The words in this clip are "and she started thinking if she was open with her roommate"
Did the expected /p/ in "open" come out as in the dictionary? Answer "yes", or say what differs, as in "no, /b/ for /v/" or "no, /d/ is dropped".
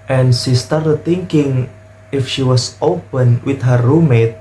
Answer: yes